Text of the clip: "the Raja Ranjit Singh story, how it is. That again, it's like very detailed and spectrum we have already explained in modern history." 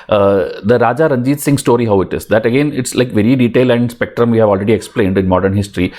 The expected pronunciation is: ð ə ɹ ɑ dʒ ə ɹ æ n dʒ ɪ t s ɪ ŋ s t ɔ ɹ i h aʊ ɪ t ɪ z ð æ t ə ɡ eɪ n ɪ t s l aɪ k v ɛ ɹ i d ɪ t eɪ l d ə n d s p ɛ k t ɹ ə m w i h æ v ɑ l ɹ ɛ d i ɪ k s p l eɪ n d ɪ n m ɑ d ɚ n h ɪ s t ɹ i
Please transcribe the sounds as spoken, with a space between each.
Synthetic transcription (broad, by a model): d ə ɹ ɑ dʒ ə ɹ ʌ n dʒ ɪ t s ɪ ŋ s t ɔ ɹ i h aʊ ɪ t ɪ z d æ t ə ɡ eɪ n ɪ t s l aɪ k v ɛ ɹ i d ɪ t eɪ l ə n d s p ɛ k t ɹ ə m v i h æ v ɑ l ɹ ɛ d i ɪ k s p l eɪ n d ɪ n m ɑ d ɚ n h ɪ s t ɹ i